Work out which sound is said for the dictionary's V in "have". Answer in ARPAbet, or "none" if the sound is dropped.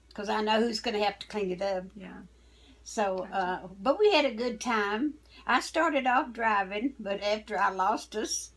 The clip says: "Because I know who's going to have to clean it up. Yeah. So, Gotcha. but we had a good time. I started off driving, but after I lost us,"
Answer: F